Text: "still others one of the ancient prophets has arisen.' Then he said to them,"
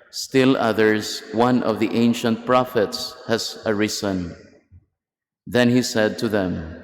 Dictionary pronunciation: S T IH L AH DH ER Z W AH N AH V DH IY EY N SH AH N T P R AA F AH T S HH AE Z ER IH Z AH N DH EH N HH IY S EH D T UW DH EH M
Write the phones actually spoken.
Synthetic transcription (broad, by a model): S T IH L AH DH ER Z W AH N AH V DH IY EY N SH AH N T P R AA F AH T S HH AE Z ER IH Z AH N DH EH N HH IY S EH D T UW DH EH M